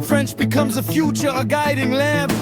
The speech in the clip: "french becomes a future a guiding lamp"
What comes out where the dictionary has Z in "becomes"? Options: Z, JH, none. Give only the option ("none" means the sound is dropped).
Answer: Z